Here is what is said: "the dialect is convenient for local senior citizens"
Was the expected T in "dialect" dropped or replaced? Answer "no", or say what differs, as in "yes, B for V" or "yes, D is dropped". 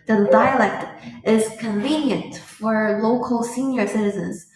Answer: no